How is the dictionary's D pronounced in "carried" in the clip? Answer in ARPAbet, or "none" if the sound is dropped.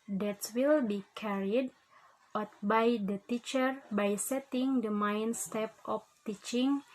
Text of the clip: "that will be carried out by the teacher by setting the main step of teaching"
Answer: D